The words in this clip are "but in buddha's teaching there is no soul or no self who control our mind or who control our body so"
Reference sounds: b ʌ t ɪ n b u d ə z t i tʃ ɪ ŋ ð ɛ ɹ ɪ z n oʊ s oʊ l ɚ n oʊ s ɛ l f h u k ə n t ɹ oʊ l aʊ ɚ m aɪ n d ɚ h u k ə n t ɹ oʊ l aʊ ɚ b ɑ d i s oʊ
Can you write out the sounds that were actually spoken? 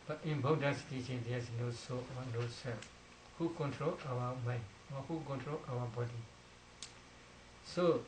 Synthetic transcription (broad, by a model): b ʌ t ɪ n b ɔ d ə s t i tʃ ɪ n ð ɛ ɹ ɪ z n oʊ s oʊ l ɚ n oʊ s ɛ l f h u k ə n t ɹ oʊ l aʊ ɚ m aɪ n ɚ h u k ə n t ɹ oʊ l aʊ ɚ b ɑ d i s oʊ